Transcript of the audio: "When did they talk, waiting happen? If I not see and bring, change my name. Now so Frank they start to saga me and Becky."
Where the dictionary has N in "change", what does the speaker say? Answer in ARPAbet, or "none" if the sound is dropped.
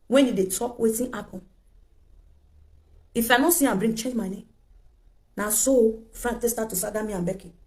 none